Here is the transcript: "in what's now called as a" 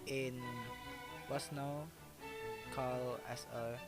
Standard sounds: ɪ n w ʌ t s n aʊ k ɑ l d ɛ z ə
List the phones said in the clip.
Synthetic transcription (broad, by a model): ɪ n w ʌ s n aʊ k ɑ l ɛ s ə